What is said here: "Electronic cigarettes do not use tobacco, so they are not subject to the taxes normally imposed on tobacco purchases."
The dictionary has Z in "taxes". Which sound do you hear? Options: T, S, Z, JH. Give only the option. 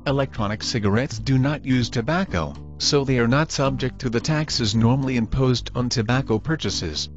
Z